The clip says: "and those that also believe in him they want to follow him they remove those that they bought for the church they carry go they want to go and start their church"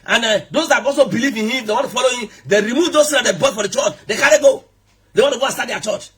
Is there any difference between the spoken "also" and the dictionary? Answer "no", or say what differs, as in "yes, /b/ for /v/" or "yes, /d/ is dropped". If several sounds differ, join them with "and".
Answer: yes, /l/ is dropped